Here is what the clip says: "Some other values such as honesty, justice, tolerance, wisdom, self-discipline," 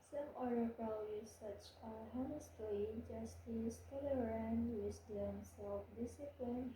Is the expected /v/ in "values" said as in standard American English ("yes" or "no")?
no